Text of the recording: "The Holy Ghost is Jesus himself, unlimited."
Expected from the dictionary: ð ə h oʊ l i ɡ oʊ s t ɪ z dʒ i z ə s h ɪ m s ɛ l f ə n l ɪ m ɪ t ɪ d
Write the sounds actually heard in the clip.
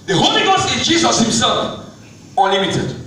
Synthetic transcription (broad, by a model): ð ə h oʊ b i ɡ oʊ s ɪ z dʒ i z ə s h ɪ m s ɛ l f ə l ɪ m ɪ t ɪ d